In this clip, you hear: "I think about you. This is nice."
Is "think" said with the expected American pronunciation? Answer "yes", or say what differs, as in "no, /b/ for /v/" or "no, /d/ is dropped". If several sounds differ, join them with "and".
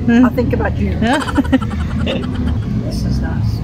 yes